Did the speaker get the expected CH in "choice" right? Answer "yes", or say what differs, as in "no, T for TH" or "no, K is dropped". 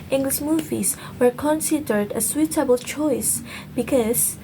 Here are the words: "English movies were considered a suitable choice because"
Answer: yes